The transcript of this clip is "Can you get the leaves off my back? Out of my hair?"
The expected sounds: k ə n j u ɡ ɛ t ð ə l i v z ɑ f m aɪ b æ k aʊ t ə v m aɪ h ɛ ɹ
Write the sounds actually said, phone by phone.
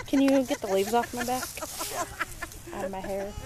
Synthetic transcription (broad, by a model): k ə n j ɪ ɡ ɛ t ð ə l i v z ɑ f m aɪ b æ k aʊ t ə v m aɪ h ɛ ɹ